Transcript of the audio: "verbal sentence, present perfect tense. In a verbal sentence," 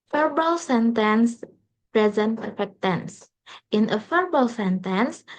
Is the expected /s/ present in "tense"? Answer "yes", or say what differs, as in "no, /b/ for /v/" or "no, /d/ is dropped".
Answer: yes